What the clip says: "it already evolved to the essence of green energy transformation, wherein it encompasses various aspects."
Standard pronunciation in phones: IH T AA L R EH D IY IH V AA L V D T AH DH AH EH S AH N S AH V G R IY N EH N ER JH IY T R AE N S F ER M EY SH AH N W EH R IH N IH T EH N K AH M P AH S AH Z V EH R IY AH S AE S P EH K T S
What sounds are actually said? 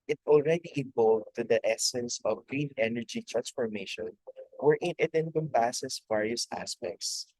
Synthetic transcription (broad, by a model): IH T AA L R EH D IY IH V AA L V T AH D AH EH S AH N S AH V G R IY N EH N ER JH IY T R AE N S F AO M EY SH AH N W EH R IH N IH T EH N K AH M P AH S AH S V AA R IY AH S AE S P EH K T S